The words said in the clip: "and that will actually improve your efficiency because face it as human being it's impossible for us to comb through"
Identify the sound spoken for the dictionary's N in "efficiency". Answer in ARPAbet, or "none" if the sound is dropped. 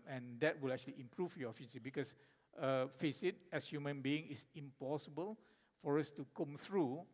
none